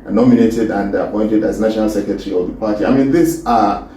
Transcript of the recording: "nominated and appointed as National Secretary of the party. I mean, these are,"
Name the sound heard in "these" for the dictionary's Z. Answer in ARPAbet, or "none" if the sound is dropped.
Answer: S